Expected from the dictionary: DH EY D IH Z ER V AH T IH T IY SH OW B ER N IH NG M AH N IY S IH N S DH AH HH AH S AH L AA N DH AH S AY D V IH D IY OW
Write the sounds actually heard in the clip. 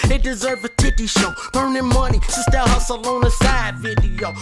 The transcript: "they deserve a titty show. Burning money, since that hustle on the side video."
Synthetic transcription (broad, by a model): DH EY D IH Z ER V AH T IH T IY SH OW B ER N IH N M AH N IY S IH S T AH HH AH S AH L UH N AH S AY D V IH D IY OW